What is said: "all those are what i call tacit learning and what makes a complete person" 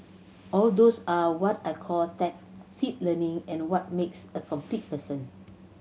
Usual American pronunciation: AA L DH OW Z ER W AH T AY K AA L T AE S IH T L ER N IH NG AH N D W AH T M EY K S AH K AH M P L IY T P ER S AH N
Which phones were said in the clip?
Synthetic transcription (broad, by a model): AA L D OW S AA W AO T AY K AA L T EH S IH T L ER N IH NG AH N W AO T M EY K S AH K AH M P L IY T P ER S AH N